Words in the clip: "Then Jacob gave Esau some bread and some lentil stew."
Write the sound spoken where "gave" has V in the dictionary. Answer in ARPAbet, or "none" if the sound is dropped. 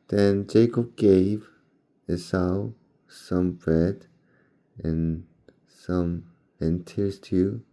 V